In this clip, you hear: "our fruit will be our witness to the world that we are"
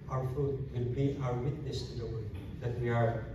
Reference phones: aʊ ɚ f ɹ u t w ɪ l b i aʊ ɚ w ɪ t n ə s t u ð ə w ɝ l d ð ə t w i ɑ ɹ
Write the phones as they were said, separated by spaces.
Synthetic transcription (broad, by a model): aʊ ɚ f ɹ u t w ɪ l b i aʊ ɚ w ɪ t n ə s t u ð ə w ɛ d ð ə t w i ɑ ɹ